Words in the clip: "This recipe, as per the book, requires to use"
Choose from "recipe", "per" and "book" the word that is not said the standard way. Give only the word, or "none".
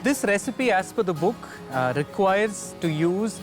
per